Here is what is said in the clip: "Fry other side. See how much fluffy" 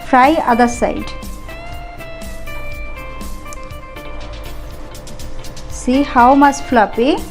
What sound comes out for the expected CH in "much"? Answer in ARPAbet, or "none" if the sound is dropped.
S